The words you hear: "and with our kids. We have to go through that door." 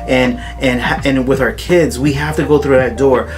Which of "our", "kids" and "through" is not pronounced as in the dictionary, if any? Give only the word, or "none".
none